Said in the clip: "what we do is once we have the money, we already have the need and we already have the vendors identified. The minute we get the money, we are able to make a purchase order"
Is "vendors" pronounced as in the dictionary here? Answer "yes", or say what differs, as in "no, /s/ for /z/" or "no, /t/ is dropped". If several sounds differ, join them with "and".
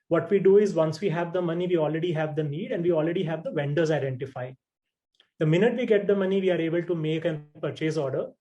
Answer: yes